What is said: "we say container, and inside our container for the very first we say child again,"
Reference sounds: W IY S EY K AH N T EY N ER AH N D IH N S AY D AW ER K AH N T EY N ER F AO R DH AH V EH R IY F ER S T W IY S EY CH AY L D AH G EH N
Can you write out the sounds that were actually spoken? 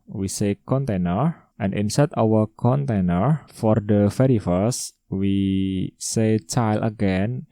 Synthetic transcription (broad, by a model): W IY S EY K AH N T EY N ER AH N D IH N S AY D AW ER K AH N T EY N ER F AO R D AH F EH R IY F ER S W IY S EY CH AY L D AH G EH N